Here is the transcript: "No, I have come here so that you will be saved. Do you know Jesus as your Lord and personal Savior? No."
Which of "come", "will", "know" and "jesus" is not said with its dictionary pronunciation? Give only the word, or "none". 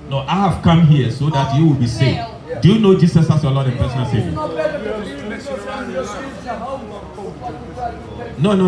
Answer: jesus